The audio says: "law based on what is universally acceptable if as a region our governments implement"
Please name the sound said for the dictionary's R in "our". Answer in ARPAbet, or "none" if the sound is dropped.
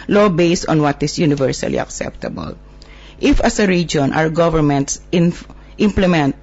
W